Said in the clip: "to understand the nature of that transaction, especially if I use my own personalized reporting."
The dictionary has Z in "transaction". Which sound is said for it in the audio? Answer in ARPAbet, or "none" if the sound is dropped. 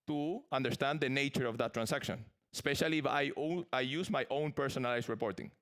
S